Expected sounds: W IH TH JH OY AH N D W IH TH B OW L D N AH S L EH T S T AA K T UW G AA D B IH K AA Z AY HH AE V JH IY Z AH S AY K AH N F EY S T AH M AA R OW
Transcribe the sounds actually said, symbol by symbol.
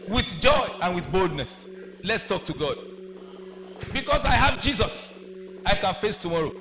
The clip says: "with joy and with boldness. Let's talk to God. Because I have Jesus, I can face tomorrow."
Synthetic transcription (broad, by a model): W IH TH JH OY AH N W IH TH B OW L D N AH S L EH T S T AA K T UW G AA D B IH K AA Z AY HH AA V JH IY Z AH S AY K AH N F EY S T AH M AA R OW